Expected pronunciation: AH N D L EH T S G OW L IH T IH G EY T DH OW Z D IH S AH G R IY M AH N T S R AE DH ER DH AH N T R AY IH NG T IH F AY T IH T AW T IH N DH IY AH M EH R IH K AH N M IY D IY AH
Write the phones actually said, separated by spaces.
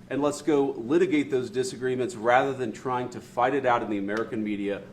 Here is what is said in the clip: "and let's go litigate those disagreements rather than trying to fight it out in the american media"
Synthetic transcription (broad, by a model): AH N L EH T S G OW L IH T IH G EY T DH OW Z D IH S AH G R IY M AH N T S R AE DH ER DH AH N T R AY IH NG T IH F AY T IH T AW T IH N DH IY AH M EH R IH K AH N M IY D IY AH